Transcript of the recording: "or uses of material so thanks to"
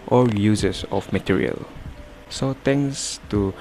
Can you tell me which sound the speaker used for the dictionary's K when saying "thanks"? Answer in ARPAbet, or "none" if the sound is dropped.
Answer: none